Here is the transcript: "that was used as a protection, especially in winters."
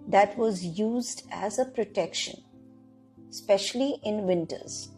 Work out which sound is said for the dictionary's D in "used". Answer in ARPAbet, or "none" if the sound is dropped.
D